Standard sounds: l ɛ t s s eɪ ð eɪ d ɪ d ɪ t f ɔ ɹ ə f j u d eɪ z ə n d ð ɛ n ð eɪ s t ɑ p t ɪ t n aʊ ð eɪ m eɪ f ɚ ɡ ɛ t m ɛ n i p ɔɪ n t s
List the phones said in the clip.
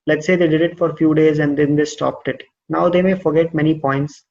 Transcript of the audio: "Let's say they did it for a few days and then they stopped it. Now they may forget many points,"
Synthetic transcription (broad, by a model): l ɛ t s s eɪ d eɪ d ɪ d ɪ t f ɔ ɹ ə f j u d eɪ z ə n d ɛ n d eɪ s t ɑ p t ɪ t n aʊ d eɪ m eɪ f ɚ ɡ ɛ t m ɛ n i p ɔɪ n t s